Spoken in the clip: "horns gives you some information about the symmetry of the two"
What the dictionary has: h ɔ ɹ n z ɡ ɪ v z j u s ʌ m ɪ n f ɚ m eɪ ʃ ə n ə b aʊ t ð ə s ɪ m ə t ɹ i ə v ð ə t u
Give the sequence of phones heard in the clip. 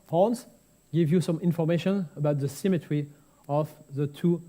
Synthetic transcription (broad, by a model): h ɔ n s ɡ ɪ v j u s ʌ m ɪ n f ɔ m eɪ ʃ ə n ə b aʊ t ð ə s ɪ m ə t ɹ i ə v ð ə t u